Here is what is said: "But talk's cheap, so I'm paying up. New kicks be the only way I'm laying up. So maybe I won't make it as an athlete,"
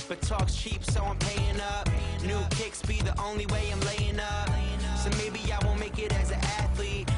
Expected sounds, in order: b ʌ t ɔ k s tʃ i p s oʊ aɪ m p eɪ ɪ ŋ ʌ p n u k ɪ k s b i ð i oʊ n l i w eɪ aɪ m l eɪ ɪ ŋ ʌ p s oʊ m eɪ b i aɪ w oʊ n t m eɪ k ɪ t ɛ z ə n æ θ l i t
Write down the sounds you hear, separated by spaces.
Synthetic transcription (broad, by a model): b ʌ t ɔ k s tʃ i p s oʊ aɪ m p eɪ ɪ ŋ ʌ p n u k ɪ k s b i ð i oʊ n l i w eɪ aɪ m l eɪ ɪ ŋ ʌ p s oʊ m eɪ b i aɪ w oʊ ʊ m eɪ k ɪ t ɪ z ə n æ θ l i t